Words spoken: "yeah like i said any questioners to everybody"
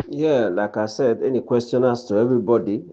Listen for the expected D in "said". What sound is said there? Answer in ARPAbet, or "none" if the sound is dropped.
D